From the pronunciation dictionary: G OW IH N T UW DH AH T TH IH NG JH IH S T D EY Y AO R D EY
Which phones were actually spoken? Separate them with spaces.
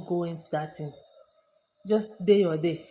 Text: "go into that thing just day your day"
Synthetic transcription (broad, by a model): G OW IH N T UW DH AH T T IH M JH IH S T D EY Y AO D EY